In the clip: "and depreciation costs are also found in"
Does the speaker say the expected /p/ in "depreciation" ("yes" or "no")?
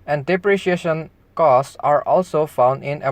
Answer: yes